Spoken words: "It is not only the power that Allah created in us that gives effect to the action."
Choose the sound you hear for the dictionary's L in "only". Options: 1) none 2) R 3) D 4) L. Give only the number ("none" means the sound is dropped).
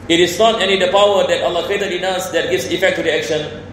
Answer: 1